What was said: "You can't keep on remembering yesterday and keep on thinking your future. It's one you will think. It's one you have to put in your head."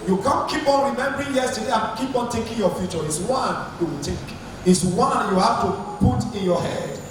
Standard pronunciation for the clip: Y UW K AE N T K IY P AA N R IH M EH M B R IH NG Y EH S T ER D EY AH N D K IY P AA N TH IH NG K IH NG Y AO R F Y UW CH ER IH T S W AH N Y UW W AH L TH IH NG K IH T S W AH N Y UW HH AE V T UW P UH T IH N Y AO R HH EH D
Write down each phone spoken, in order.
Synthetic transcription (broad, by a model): Y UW K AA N K IY P AA N R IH M EH M B R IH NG Y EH S T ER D EY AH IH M K IY P AA N T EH K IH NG Y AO F Y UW CH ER IH T S W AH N Y UW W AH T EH K IH T S W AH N Y UW HH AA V T UW P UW T IH N Y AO HH EH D